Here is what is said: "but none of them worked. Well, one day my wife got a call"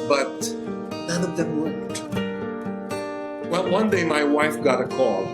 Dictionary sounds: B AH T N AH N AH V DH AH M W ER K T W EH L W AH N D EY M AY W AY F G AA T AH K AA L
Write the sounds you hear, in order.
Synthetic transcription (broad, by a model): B AH T N AH N AH V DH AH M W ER T W EH L W AH N D EY M AY W AY F G AA T AH K AA L